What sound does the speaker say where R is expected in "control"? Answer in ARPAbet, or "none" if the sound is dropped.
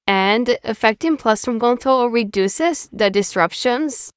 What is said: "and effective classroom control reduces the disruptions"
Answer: none